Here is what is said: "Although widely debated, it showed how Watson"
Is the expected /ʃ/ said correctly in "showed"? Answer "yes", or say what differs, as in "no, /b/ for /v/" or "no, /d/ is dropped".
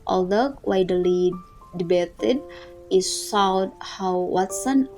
no, /s/ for /ʃ/